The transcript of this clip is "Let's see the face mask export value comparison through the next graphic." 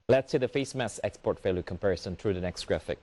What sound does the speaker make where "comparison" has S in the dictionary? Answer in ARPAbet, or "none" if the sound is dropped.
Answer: S